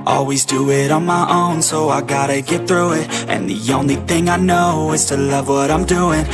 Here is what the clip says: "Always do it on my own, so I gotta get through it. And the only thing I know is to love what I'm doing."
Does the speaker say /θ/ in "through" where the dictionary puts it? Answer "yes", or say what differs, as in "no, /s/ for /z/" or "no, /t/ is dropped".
yes